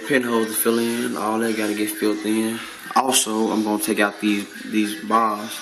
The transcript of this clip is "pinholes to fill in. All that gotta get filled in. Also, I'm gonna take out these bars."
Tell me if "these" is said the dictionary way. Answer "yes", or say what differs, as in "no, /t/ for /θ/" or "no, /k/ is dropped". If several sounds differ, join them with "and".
yes